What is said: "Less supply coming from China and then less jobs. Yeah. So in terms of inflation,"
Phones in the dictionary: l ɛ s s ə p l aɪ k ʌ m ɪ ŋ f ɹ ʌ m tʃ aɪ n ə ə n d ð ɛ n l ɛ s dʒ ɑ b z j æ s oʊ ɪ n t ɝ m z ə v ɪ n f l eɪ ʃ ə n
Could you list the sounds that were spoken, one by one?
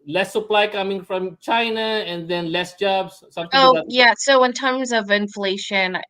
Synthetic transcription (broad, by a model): l ɛ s s ə p l aɪ k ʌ m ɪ ŋ f ɹ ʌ m tʃ aɪ n ə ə n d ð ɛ n l ɛ s dʒ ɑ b s j æ s oʊ ɪ n t ɝ m z ə v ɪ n f l eɪ ʃ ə n